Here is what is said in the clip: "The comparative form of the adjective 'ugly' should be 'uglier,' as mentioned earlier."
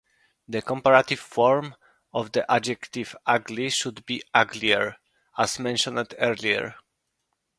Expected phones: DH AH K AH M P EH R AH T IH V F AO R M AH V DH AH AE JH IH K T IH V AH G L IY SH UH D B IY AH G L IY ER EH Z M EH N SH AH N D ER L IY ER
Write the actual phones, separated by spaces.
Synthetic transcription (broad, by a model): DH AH K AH M P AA R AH T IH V F AO R M AH V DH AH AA JH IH K T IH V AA G L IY SH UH D B IY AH G L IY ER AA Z M EH N SH AH N D ER L IY ER